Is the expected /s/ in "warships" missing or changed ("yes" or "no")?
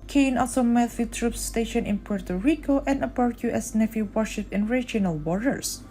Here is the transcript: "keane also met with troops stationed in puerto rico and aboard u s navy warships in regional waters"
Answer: yes